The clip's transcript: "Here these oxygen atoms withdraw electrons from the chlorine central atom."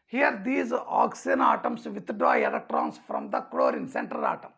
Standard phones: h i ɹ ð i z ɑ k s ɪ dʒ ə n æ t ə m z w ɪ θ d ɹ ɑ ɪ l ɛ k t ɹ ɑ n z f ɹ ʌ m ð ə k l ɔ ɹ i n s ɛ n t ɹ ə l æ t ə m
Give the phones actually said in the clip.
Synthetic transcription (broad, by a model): h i ɹ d i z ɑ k s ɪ ə n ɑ t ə m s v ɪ t d ɹ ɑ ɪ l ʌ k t ɹ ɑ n s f ɹ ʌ m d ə k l ɔ ɹ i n s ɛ n t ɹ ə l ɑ t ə m